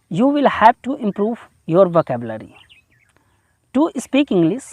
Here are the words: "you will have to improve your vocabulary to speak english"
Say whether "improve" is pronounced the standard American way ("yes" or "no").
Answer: yes